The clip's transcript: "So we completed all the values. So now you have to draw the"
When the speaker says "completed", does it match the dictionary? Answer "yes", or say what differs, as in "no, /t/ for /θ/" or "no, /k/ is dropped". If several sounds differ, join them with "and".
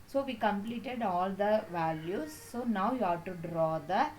yes